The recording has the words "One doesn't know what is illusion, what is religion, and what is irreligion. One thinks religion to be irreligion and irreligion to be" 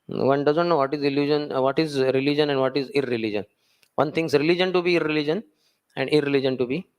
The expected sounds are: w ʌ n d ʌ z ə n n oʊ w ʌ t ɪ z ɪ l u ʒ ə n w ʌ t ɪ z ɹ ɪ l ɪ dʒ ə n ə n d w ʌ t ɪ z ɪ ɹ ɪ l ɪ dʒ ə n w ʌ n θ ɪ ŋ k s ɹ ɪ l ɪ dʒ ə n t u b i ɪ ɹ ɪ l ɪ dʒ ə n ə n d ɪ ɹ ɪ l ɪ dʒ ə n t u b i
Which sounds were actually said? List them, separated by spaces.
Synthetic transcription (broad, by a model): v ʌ n d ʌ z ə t n oʊ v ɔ t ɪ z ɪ l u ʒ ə n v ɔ t ɪ z ɹ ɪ l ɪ dʒ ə n ə n d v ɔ t ɪ z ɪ ɹ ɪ l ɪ dʒ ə n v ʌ n t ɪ ŋ s ɹ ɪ l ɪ dʒ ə n t u b i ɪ ɹ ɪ l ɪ dʒ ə n ə n d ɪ ɹ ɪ l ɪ dʒ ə n t u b i